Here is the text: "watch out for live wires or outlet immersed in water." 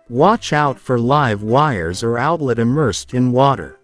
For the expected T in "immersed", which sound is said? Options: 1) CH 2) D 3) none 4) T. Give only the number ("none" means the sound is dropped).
4